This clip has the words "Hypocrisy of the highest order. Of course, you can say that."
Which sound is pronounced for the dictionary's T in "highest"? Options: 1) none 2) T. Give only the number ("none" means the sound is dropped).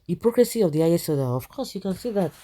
1